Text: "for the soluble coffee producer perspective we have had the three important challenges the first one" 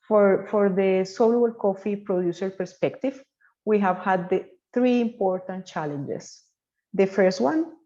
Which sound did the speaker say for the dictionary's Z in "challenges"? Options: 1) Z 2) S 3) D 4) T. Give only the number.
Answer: 2